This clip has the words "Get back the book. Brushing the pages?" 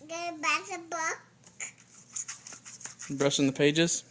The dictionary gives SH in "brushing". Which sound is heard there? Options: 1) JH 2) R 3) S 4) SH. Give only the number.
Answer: 3